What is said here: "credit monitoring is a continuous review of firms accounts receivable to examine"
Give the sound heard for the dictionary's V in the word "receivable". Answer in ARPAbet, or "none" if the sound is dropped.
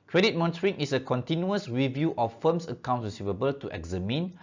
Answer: V